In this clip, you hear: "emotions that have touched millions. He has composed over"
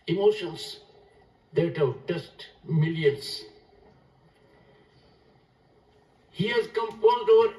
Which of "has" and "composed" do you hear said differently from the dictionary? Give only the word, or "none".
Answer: composed